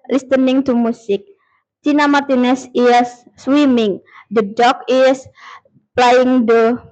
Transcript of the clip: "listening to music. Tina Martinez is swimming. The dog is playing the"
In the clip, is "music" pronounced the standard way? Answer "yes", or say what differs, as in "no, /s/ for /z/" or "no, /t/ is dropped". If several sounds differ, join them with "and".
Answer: no, /s/ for /z/